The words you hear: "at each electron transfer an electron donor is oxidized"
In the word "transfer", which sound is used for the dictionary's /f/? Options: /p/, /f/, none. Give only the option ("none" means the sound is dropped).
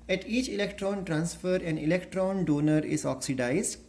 /f/